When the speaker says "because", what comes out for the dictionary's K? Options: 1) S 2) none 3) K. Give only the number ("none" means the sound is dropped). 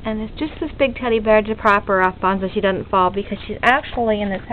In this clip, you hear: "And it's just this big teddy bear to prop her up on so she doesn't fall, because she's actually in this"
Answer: 3